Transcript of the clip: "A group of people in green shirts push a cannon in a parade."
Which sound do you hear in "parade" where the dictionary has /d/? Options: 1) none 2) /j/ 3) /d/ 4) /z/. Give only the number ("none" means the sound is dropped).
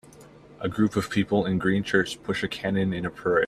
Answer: 1